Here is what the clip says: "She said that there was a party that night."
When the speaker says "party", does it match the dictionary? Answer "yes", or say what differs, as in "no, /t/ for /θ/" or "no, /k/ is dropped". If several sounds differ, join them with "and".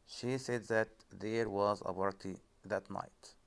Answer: no, /b/ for /p/